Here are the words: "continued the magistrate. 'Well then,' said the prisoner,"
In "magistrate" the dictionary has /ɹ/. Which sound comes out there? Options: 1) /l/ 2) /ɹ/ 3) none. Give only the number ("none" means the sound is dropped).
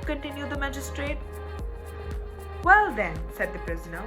2